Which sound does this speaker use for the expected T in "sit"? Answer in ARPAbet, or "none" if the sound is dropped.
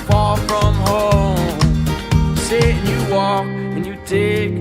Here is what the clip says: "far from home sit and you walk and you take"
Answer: none